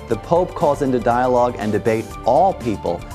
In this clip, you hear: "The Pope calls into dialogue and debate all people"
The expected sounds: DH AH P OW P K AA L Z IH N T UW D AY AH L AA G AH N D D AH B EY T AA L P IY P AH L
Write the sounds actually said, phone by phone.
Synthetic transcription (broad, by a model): DH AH P OW P K AA L Z IH N T UW D AY AH L AA G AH N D D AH B EY T AA L P IY P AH L